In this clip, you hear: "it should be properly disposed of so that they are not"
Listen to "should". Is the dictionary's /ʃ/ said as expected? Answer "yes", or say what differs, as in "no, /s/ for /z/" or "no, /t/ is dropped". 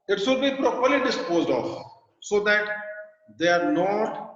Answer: no, /s/ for /ʃ/